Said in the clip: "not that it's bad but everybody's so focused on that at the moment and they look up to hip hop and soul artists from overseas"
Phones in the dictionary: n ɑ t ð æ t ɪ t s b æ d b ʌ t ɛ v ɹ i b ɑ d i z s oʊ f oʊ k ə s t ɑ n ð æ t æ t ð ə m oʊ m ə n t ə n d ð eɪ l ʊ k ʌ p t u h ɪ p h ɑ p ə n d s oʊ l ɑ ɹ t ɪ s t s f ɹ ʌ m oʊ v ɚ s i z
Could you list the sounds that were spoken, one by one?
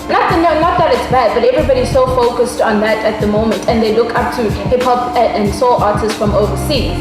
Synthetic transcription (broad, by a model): n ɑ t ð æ t ɪ t s b æ d b ʌ t ɛ v ɹ i b ɑ d i z s oʊ f oʊ k ə s t ɑ n ð æ t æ t ð ə m oʊ m ə n t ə n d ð eɪ l ʊ k ʌ p t u h ɪ p h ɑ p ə n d s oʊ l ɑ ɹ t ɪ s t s f ɹ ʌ m oʊ v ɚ s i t